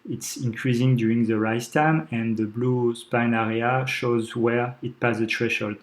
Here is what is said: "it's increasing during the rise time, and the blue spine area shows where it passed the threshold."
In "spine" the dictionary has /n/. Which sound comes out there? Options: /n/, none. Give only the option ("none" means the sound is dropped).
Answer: /n/